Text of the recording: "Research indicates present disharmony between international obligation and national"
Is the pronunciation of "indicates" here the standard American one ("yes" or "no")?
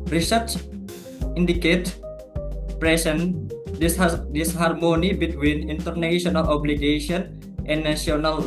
no